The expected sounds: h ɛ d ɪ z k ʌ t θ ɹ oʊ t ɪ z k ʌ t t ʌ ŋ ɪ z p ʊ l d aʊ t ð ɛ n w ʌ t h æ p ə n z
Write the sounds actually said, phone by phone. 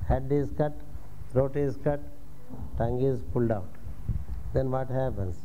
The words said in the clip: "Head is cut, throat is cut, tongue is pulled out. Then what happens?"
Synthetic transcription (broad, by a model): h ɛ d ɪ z k ʌ t t ɹ oʊ t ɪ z k ʌ t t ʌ ŋ ɪ z p ʊ l d aʊ t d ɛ n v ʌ t h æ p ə n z